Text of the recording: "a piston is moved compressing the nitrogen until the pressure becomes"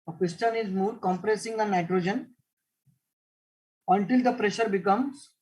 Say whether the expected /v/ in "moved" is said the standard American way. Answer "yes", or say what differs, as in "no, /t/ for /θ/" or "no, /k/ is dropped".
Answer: no, /v/ is dropped